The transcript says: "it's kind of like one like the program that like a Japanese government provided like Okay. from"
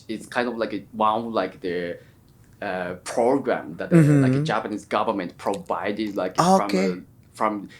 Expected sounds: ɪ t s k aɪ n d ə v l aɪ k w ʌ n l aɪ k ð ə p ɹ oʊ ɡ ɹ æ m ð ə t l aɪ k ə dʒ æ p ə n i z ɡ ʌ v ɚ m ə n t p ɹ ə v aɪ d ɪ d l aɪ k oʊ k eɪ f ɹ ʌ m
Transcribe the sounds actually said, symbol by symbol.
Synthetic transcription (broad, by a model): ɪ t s k aɪ n d ə v l aɪ k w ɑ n l aɪ k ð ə p ɹ oʊ ɡ ɹ æ m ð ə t l aɪ k ə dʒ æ p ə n i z ɡ ʌ v ɚ m ə n t p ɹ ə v aɪ d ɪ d l aɪ k oʊ k eɪ f ɹ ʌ m